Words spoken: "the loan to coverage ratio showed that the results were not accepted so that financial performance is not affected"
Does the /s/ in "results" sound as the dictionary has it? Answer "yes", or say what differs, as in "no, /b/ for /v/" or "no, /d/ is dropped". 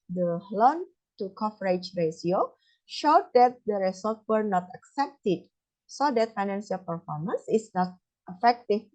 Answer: no, /s/ is dropped